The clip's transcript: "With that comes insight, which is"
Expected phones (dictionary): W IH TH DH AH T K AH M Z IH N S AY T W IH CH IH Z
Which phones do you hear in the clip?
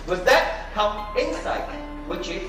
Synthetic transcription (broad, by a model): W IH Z DH AH T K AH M IH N S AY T W IH CH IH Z